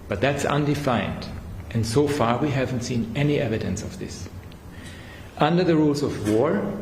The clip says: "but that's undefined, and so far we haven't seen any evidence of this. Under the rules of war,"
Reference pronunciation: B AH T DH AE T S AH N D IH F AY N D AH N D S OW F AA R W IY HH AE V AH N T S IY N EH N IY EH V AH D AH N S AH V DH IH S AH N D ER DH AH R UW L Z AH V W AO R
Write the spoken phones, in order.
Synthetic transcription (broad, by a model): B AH T DH AE T S AH N D IH F AY N D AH N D S OW F AA R W IY HH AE V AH N T S IY N EH N IY EH V AH D AH N S AH V DH IH S AH N D ER DH AH R UW L Z AH V W AO R